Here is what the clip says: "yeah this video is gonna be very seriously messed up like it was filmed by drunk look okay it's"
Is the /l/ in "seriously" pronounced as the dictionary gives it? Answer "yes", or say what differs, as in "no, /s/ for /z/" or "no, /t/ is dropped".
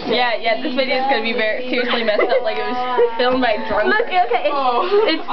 yes